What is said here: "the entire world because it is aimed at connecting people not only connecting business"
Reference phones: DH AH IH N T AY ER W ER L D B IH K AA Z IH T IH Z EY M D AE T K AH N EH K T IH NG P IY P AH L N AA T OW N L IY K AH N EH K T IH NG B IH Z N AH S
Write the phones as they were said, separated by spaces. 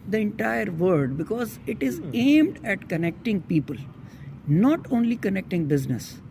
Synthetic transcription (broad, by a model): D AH IH N T AY ER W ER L D B IH K AA Z IH T IH Z EY M D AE T K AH N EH K T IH NG P IY P AH L N AA T OW N L IY K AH N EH K T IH NG B IH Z N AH S